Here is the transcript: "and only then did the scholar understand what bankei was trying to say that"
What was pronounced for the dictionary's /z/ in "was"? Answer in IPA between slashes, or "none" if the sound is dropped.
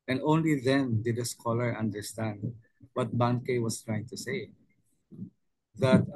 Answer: /s/